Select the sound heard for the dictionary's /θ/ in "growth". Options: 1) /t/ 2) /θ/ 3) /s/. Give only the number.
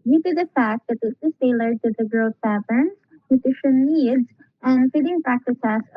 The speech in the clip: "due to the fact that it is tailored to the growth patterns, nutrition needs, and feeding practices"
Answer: 3